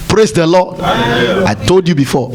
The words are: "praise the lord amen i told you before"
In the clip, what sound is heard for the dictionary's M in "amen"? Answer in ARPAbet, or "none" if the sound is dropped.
none